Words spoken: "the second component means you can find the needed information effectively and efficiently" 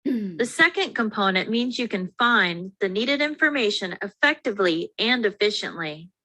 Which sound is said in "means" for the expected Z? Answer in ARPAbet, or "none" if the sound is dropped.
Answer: Z